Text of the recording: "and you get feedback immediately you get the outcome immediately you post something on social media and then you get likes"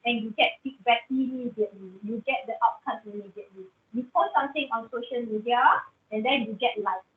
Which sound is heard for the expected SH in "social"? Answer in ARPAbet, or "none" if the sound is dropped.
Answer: SH